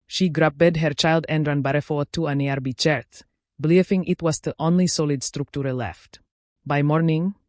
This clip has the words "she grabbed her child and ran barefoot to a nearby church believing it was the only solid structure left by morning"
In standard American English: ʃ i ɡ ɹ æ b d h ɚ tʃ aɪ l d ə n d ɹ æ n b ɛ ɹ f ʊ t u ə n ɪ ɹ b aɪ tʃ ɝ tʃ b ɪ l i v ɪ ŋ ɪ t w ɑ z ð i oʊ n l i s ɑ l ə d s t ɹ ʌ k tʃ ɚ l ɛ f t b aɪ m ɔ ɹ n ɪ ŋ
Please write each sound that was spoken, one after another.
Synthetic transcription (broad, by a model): ʃ i ɡ ɹ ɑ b d h ɚ tʃ aɪ l d ə n d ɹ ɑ n b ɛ ɹ f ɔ t u ə n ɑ ɹ b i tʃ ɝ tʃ b l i f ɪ ŋ ɪ t w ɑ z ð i oʊ n l i s ɑ l ə d s t ɹ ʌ k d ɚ l ɛ f t b aɪ m ɔ ɹ n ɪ ŋ